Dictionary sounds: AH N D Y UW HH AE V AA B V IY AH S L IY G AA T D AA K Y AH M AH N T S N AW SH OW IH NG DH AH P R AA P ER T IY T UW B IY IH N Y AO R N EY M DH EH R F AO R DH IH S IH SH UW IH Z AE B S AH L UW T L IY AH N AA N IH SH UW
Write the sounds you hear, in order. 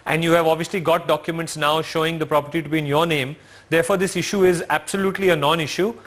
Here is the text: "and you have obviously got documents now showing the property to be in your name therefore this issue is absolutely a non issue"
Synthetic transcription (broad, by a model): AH N D Y UW HH AE V AA B V IY AH S L IY G AA T D AA K Y AH M AH N T S N AW SH OW IH NG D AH P R AA P ER T IY T UW B IY IH N Y AO R N EY M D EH R F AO R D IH S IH SH UW IH Z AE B S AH L UW T L IY AH N AA N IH SH UW